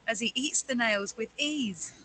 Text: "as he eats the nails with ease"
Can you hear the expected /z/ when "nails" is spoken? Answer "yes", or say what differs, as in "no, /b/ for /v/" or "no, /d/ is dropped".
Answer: yes